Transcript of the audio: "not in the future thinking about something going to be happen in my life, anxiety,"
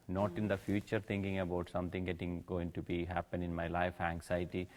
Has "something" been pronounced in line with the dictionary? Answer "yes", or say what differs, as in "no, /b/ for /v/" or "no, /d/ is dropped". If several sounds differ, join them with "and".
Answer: no, /t/ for /θ/